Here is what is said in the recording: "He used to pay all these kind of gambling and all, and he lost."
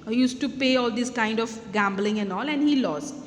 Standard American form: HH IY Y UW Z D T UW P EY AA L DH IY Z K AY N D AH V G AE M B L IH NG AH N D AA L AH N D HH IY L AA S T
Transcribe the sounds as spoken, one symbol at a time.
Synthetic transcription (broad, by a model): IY Y UW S T UW P EY AA L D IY S K AY N D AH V G AE M B L IH NG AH N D AA L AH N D HH IY L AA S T